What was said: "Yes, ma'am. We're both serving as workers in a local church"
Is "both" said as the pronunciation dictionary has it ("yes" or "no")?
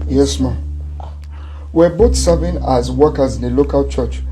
no